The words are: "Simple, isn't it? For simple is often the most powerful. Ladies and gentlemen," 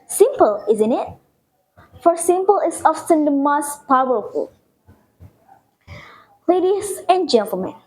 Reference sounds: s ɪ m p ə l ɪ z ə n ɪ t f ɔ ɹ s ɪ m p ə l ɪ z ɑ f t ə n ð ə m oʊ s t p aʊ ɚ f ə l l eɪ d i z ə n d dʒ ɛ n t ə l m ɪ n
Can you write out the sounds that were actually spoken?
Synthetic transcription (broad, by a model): s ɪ m p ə l ɪ z ə n ɪ t f ɔ ɹ s ɪ m p ə l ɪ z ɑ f s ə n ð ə m oʊ s t p aʊ ɚ f ə l l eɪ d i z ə n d dʒ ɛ n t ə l m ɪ n